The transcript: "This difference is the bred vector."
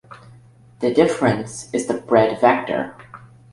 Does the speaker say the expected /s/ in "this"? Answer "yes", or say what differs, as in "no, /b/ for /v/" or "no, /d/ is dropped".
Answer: no, /s/ is dropped